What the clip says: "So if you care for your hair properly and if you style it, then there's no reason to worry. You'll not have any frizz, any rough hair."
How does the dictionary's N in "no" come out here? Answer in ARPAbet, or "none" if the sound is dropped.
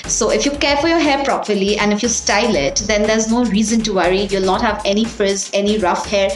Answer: N